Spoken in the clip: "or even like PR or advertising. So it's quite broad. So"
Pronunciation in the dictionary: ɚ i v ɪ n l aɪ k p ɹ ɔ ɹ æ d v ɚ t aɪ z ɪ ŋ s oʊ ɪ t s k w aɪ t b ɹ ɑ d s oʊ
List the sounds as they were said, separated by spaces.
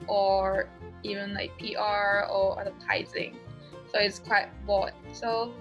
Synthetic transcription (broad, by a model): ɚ i v ɪ n l aɪ k p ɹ ɔ ɹ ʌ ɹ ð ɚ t aɪ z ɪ ŋ s oʊ ɪ t s k w aɪ t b ɑ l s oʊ